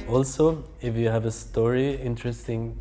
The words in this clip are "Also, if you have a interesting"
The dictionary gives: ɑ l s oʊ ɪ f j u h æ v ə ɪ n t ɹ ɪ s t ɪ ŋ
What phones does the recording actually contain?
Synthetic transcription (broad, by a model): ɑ l s oʊ ɪ f j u h æ v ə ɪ n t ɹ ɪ s t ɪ ŋ